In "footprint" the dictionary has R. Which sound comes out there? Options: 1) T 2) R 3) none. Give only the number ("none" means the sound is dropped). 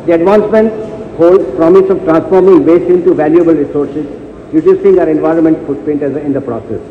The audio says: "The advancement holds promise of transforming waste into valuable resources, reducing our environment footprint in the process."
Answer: 3